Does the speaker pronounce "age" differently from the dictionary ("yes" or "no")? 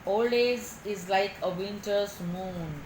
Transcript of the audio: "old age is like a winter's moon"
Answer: yes